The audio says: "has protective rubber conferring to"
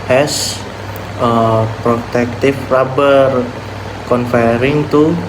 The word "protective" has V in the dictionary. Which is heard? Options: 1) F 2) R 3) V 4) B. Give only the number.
1